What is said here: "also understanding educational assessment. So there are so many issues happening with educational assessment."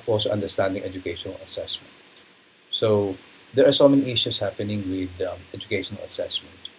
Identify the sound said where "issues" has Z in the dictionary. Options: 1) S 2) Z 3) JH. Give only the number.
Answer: 1